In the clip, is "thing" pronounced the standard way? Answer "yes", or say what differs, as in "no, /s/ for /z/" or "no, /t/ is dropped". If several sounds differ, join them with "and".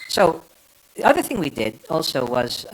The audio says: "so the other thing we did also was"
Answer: yes